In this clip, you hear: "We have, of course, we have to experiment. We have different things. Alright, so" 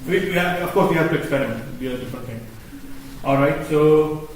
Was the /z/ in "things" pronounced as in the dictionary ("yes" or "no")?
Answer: no